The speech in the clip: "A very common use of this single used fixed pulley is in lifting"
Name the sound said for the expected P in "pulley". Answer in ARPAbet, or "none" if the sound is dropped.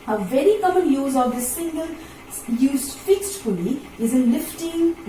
F